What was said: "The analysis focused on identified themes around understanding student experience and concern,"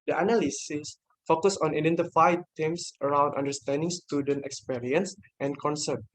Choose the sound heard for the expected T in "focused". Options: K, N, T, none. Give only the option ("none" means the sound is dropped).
none